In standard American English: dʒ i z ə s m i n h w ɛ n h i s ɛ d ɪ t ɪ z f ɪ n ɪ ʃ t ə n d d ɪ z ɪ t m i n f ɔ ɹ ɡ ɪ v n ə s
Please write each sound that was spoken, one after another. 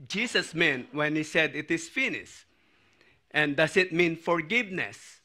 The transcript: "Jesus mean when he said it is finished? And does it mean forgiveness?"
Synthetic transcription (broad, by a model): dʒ i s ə s m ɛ n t w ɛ n h i s ɛ d ɪ t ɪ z f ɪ n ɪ s t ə n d d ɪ s ɪ t m i n f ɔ ɹ ɡ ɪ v n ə s